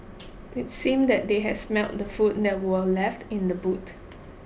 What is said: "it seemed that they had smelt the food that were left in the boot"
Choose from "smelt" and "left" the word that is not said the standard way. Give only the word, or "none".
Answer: none